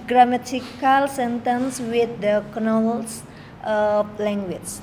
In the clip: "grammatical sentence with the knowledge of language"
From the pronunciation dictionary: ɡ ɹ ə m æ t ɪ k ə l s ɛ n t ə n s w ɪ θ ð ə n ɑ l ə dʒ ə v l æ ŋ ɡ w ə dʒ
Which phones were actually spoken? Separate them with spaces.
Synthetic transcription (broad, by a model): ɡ ɹ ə m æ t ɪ k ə l s ɛ n t ə n s w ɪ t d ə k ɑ n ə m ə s l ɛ ŋ ɡ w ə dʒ